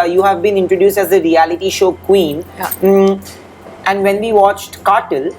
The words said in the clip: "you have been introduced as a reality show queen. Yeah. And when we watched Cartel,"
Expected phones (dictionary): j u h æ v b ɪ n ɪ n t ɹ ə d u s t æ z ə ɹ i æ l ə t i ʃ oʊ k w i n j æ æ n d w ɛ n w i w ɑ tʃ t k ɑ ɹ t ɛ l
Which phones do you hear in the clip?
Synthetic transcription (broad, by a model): j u h æ v b ɪ n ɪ n t ɹ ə d u s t æ z ə ɹ i æ l ə t i ʃ oʊ k w i n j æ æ n d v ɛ n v i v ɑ tʃ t k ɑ ɹ t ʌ l